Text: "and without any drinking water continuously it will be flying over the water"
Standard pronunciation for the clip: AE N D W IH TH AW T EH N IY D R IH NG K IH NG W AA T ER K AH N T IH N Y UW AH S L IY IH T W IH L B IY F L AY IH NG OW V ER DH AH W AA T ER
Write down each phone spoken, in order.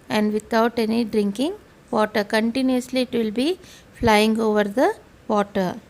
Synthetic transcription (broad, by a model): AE N D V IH T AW T EH N IY D R IH NG K IH NG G AA T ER K AH N T IH N Y UW AH S L IY IH T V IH L B IY F L AY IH NG OW V ER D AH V AA T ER